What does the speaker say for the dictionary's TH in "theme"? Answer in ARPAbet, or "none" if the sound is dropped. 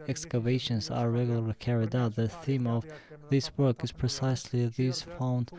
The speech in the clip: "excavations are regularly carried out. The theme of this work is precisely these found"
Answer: TH